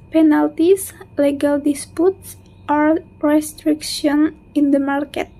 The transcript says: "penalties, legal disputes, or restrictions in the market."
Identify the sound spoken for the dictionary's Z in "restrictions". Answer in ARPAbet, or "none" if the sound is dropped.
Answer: none